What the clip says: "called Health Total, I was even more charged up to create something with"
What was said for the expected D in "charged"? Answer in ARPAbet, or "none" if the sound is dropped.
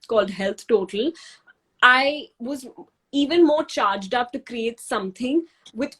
D